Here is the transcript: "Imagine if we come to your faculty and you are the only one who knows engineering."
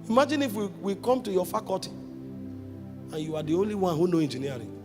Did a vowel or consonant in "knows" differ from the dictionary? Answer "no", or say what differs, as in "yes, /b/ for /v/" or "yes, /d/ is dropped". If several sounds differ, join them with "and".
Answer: yes, /z/ is dropped